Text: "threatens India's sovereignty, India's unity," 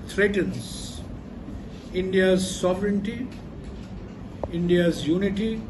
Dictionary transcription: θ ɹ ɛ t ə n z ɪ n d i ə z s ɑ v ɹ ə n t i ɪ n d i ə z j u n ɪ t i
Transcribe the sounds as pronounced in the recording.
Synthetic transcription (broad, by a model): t ɹ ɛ t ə n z ɪ n d i ə z s ɑ v ɹ ə n t i ɪ n d i ə z j u n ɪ t i